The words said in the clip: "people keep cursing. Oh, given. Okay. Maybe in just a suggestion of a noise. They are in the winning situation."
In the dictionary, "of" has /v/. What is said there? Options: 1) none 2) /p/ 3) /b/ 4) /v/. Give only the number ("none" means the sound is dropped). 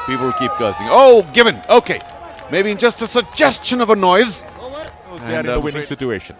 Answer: 4